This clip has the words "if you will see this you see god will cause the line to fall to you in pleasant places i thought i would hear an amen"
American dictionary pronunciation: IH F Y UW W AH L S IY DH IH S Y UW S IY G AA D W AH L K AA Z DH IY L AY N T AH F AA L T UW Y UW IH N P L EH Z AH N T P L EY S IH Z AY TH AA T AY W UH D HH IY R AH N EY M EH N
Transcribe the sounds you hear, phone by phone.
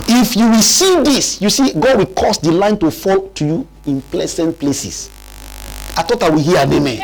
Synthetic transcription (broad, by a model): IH F Y UW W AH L S IY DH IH S Y UW S IY G AA D W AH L K AA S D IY L AY N T AH F AA L T UW Y UW IH N P L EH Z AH N T P L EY S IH S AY T AA T AY W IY HH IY AH N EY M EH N